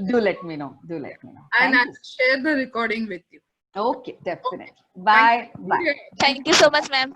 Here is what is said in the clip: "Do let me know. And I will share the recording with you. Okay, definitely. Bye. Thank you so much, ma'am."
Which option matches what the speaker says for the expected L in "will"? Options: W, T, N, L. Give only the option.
N